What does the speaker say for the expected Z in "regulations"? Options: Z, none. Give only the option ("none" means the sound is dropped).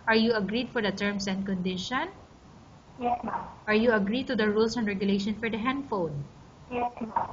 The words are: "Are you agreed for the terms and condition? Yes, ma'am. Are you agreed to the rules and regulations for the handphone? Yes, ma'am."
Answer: none